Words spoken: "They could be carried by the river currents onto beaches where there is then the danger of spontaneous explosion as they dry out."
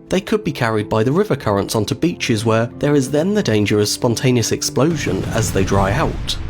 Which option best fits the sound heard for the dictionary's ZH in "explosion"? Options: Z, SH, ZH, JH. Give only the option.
ZH